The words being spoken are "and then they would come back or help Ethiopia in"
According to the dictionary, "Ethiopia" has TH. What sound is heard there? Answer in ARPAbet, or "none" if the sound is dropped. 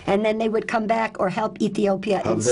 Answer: TH